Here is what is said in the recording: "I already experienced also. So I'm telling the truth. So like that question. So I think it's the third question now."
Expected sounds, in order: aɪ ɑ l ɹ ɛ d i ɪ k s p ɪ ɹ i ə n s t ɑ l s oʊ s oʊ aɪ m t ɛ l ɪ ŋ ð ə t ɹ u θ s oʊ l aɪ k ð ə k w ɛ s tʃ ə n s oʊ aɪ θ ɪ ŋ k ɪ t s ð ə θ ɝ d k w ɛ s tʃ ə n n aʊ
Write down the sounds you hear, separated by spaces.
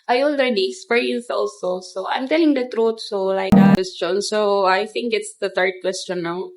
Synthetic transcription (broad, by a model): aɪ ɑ l ɹ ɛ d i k s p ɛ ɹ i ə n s ɑ l s oʊ s oʊ aɪ m t ɛ l ɪ ŋ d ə t ɹ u t s oʊ l aɪ k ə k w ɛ s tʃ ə n s oʊ aɪ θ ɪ ŋ k ɪ t s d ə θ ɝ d k w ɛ s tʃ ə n n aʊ